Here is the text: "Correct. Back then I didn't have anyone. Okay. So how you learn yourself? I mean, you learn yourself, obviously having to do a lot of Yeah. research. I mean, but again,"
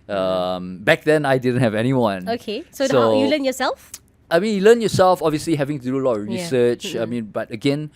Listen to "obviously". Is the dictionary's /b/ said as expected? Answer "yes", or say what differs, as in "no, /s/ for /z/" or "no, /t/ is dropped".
yes